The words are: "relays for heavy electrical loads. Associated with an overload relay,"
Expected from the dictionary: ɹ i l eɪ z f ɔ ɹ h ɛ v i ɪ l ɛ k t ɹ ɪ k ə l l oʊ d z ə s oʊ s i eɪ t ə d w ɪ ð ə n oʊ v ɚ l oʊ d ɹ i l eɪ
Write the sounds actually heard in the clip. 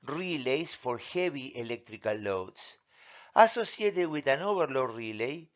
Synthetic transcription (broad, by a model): ɹ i l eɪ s f ɔ ɹ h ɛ b i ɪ l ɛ k t ɹ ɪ k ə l l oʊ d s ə s oʊ s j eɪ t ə w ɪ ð ə n oʊ b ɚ l oʊ ɹ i l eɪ